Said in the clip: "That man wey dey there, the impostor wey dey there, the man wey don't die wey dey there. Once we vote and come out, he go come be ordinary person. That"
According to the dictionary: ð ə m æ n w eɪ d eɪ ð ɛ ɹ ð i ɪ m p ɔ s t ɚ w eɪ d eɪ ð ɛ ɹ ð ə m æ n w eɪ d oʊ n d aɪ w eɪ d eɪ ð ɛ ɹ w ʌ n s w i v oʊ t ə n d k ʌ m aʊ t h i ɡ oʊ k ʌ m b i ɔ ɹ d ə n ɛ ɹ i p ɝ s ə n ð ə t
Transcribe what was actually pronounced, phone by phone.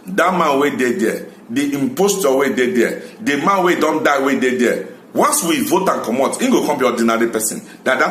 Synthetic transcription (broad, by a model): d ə m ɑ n w eɪ d eɪ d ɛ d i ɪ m p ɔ s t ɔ w eɪ d eɪ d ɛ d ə m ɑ n w eɪ d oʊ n d aɪ w eɪ d eɪ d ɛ w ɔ n s w i v oʊ t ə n k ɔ m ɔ t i ɡ oʊ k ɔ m b i ɔ d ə n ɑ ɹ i p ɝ s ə n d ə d